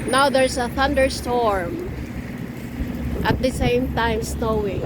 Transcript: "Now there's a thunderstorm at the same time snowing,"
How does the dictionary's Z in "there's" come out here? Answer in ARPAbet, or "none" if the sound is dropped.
S